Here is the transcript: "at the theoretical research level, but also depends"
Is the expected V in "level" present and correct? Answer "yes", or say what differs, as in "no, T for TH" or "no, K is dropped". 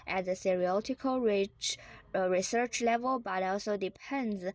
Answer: yes